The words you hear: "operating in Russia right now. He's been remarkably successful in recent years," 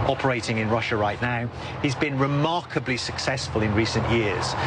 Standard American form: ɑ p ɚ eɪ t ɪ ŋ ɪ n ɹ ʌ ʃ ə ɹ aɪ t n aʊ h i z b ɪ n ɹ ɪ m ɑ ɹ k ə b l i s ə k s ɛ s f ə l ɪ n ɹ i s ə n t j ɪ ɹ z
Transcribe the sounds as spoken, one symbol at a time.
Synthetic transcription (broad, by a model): ɑ p ɚ eɪ t ɪ ŋ ɪ n ɹ ʌ ʃ ə ɹ aɪ t n aʊ h i z b ɪ n ɹ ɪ m ɑ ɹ k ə b l i s ə k s ɛ s f ə l ɪ n ɹ i s ə n t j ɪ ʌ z